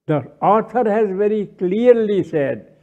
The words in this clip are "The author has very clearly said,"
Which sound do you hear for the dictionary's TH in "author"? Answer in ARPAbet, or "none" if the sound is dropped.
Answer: T